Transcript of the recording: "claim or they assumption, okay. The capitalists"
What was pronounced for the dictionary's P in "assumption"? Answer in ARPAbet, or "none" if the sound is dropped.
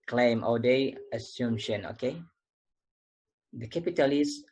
none